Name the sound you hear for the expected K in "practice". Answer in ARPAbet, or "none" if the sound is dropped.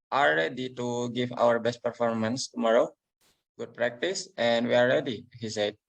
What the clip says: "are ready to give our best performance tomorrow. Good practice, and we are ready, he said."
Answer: K